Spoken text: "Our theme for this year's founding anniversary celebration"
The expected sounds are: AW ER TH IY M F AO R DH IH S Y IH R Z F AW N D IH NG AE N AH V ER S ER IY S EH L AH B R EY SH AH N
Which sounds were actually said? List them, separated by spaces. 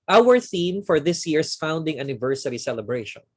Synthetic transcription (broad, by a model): AW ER TH IY M F AO R DH IH S Y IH R S F AW N D IH NG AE N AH V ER S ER IY S EH L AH B R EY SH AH N